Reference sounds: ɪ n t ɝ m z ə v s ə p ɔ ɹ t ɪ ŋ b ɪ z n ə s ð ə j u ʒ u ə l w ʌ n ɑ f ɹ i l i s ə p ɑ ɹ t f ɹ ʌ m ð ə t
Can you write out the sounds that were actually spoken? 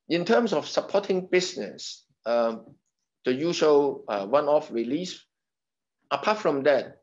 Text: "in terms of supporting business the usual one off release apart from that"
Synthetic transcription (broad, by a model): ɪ n t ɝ m s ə f s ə p ɔ t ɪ ŋ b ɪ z n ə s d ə j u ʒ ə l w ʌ n ɑ f ɹ i l i s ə p ɑ t f ɹ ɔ m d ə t